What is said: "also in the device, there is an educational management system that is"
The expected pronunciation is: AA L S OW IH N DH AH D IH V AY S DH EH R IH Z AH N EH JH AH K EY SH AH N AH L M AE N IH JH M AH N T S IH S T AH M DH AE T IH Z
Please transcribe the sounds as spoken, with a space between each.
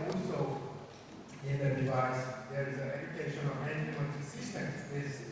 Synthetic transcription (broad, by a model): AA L S OW IH N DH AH D IH V AY S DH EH R IH Z AH N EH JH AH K EY SH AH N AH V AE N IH M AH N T S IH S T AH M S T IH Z